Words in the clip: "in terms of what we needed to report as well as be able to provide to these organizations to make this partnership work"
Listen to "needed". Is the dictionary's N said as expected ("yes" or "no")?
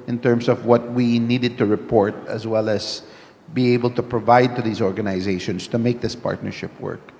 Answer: yes